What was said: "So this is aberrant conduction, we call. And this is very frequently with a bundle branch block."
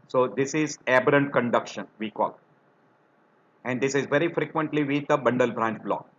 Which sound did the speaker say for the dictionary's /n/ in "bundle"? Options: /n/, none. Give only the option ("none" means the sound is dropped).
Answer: /n/